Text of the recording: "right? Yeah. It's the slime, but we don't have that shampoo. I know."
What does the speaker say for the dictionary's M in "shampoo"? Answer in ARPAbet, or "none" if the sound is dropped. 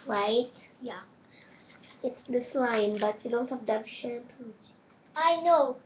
none